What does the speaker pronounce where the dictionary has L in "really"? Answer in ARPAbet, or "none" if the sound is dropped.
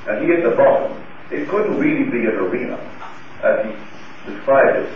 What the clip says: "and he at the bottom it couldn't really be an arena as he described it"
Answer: L